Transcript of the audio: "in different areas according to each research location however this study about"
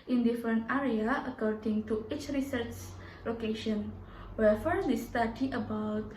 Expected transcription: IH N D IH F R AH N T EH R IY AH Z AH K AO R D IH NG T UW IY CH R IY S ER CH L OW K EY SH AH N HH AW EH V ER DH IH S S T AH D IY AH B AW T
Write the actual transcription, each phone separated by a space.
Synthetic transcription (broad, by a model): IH N D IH F R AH N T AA R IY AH AH K AO R D IH NG T UW IY CH R IY S ER CH L OW K EY SH AH N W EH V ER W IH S S T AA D IY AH B AW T